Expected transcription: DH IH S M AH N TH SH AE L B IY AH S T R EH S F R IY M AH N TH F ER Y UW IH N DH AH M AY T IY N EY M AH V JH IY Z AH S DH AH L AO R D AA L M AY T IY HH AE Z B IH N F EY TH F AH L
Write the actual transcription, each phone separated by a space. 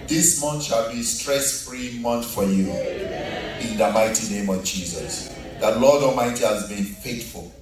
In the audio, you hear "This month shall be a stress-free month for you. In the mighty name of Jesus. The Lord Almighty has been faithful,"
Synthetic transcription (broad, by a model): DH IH S M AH N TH SH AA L B IY S T R EH S F R IY M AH N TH F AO Y UW IH N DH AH M AY T IY N EY M AH V JH IY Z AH S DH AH L AO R D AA M AY T IY HH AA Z B IH N F EY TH F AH L